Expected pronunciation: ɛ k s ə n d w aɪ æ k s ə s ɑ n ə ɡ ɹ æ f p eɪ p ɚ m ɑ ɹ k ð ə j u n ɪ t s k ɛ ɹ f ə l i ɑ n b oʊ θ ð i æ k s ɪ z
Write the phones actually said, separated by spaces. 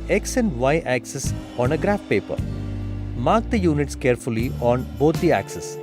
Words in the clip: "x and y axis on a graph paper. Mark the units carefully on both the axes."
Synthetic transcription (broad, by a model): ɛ k s ə n d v aɪ æ k s ə s ɑ n ə ɡ ɹ æ f p eɪ p ɚ m ɑ ɹ k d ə j u n ɪ t s k ɛ ɹ f ə l i ɑ n b oʊ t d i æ k s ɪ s